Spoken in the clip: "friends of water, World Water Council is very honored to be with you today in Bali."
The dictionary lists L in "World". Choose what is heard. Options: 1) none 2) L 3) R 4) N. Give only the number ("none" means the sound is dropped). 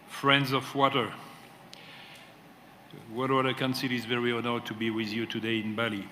1